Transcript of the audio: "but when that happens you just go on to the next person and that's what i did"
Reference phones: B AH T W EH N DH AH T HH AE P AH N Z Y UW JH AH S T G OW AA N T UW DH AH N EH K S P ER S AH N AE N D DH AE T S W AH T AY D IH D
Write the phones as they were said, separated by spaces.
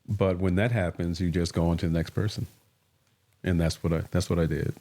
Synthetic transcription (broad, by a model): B AH T W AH N DH AH T HH AE P AH N Z Y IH JH AH S G OW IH N T UW DH AH N EH K S P ER S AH N AE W D DH AE T S W AH T AY D IH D